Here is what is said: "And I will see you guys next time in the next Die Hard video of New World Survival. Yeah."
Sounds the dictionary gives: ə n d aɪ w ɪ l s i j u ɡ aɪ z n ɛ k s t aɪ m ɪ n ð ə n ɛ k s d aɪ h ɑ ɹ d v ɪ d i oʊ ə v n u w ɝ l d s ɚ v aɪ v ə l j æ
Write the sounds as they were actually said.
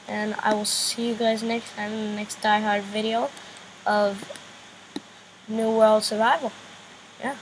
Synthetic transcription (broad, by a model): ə n aɪ w ɪ l s i j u ɡ aɪ z n ɛ k s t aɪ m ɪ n ð ə n ɛ k s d aɪ h ɑ ɹ d v ɪ d i oʊ ə v n u w ɝ l d s ɚ v aɪ v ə l j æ